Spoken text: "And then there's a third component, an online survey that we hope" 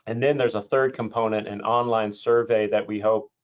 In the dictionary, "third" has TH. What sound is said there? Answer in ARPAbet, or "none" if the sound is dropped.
TH